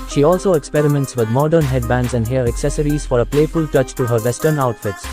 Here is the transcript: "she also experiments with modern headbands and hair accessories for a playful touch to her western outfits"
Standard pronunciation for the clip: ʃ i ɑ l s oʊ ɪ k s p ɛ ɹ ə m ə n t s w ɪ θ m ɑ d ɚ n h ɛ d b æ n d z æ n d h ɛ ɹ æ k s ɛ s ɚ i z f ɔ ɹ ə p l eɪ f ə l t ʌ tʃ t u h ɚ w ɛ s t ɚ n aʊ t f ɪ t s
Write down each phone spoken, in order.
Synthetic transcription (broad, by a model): ʃ i ɑ l s oʊ ɪ k s p ɛ ɹ ə m ə n t s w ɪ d m ɑ d ɚ n h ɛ d b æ n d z æ n d h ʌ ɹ æ k s ɛ s ɚ i z f ɔ ɹ ə p l eɪ f ə l t ʌ tʃ t u h ɚ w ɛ s t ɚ n aʊ t f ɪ t s